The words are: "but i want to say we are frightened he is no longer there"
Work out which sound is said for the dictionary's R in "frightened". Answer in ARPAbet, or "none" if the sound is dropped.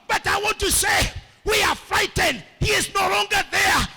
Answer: R